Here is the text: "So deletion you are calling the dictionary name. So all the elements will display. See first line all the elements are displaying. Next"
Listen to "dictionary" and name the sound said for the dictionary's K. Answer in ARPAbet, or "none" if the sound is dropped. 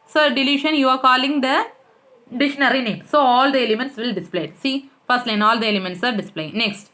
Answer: none